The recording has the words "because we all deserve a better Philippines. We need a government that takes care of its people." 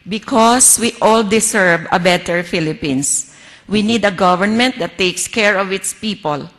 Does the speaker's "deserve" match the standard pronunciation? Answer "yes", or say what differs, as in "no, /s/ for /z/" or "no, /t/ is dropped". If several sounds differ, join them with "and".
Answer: no, /s/ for /z/